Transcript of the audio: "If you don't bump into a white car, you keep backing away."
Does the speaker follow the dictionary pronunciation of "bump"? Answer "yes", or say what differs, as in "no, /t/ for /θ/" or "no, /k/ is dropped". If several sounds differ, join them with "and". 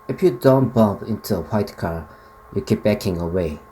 no, /m/ is dropped